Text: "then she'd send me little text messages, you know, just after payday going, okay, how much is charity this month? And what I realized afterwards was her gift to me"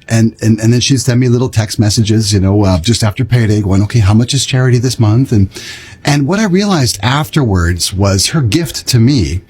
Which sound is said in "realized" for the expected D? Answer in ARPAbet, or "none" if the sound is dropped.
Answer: D